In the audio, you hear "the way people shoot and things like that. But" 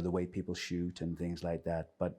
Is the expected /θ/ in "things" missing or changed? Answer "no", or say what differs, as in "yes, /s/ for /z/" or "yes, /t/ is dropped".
no